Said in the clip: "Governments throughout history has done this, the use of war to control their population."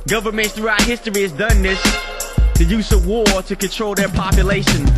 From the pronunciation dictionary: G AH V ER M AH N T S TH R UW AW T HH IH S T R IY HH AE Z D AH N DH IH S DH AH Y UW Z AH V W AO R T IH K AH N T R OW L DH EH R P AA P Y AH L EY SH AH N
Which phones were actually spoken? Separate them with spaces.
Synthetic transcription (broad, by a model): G AH V ER M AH N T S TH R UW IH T HH IH S T R IY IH Z D AH N DH IH S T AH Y UW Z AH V W AO R T IH K AH N T R OW L DH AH R P AA P Y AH L EY SH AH N